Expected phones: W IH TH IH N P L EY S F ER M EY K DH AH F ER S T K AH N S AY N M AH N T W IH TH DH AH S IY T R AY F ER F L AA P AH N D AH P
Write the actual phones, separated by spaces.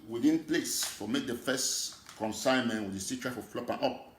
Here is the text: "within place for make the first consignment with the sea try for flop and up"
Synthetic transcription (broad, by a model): W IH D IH N P L EY S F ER M EY K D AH F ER S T K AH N S AY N M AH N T W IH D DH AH S IY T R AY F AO F L AA P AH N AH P